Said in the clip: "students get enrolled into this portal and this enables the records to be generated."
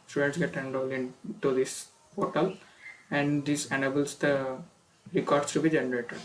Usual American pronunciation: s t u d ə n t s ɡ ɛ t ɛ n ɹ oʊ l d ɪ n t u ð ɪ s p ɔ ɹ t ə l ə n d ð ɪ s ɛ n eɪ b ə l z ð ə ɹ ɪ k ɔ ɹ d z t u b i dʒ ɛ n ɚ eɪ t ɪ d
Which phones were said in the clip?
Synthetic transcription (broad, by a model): s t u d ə n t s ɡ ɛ t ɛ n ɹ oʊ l ɪ n t u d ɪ s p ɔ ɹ t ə l ə n d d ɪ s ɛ n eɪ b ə l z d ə ɹ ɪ k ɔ ɹ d s t u b i dʒ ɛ n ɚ eɪ t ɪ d